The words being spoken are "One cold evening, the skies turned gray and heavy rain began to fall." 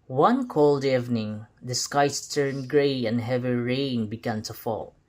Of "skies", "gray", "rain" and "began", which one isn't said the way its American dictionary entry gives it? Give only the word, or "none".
skies